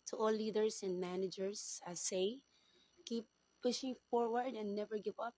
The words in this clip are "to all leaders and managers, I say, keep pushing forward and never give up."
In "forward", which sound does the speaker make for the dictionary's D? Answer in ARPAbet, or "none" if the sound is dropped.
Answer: D